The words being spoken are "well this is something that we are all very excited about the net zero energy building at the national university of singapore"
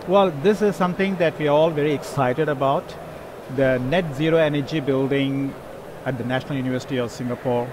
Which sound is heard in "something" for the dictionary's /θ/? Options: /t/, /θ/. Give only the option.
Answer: /t/